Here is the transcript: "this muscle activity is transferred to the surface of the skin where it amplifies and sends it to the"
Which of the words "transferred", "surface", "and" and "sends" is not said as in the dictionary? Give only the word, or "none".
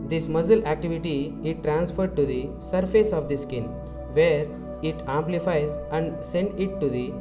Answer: sends